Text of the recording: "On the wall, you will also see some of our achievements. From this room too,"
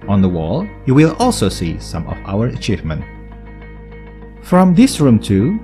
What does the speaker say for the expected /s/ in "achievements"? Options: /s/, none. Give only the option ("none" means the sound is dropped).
none